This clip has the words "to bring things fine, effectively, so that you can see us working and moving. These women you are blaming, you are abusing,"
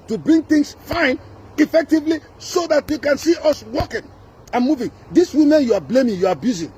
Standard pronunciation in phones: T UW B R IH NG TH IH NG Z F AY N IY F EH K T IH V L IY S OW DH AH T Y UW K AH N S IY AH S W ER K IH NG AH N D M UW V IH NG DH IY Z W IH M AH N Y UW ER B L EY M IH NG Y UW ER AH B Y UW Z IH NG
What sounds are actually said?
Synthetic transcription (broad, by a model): T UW B R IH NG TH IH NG S F AY N IY F EH K T IH V L IY S OW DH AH T Y UW K AH N S IY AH S W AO K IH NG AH N M UW V IH NG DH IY S W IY M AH N Y UW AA B L EY M IH NG Y UW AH B Y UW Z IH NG